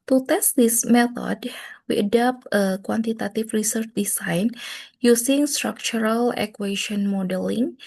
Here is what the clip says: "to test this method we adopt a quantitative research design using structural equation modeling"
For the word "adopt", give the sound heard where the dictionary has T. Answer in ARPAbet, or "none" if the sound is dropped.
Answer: T